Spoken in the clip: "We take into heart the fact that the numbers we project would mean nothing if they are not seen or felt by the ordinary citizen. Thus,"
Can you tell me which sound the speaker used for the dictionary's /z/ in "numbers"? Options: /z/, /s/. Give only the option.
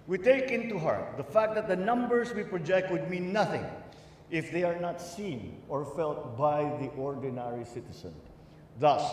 /s/